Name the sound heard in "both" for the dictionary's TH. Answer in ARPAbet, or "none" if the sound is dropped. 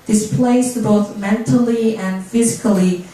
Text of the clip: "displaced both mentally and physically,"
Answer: TH